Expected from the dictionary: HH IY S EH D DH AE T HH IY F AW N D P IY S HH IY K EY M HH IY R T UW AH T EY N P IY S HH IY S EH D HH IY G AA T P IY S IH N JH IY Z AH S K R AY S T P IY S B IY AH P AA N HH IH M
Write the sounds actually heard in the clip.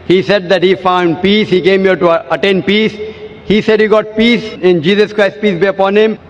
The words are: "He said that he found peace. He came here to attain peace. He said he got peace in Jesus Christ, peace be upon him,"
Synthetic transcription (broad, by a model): HH IY S EH D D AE T HH IY F AW N D P IY S HH IY K EY M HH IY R T UW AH T EY N P IY S HH IY S EH D HH IY G AA T P IY S IH N JH IY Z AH S K R AY S T P IY S B IY AH P AA N HH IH M